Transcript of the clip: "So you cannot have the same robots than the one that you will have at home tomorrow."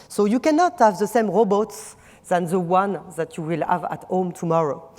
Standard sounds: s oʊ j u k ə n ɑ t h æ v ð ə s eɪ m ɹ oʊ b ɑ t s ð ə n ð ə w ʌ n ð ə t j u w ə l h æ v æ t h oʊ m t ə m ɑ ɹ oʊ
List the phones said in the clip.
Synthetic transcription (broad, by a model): s oʊ j u k ə n ɑ t h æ v ð ə s eɪ m ɹ oʊ b ɑ t s ð ə n ð ə w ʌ n ð ə t j u w ə l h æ v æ t h oʊ m t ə m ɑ ɹ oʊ